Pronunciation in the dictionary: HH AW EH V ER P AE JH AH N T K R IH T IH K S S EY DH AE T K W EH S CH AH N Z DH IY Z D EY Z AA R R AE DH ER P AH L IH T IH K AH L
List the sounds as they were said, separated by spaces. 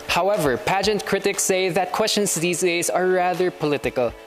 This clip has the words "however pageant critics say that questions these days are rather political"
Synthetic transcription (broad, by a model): HH AW EH V ER P AE JH AH N T K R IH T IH K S S EY DH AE T K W EH S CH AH N S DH IY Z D EY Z AA R R AE DH ER P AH L IH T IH K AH L